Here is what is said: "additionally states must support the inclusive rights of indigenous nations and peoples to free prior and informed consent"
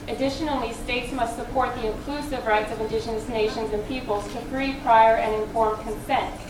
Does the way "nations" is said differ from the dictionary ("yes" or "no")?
no